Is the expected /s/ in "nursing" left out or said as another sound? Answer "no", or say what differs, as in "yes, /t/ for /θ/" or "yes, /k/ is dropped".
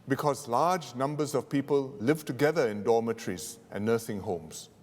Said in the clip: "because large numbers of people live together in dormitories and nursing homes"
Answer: yes, /θ/ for /s/